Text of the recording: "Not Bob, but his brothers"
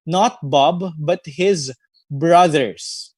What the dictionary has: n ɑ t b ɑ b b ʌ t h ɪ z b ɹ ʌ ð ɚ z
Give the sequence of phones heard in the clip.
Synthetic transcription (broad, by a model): n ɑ t b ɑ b b ʌ t h ɪ z b ɹ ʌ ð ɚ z